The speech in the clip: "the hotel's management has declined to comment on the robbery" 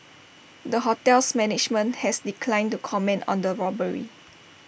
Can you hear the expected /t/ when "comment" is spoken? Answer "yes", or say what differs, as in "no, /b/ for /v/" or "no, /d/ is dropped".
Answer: yes